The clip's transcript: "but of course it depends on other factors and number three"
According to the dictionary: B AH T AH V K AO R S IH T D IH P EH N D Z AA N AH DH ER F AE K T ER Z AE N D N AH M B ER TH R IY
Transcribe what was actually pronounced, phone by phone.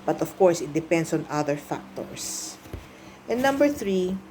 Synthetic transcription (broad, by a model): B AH T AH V K AO R S IH T D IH P EH N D S AA N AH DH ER F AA K T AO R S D N AH M B ER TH R IY